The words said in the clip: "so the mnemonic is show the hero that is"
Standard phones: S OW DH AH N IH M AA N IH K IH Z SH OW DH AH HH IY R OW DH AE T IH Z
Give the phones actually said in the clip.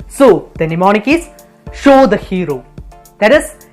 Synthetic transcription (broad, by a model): S OW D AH N IH M AA N IH K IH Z SH OW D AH HH IY R OW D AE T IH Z